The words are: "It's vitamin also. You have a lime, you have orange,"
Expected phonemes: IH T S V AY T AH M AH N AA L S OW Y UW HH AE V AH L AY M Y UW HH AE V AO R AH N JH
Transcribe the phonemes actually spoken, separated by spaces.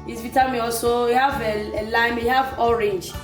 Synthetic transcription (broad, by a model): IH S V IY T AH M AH AA L S OW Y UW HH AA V AH L AY M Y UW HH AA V AO R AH N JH